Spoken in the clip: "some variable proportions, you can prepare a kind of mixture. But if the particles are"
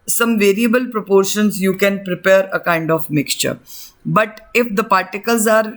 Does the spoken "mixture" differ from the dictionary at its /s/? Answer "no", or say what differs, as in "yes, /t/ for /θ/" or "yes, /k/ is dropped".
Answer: no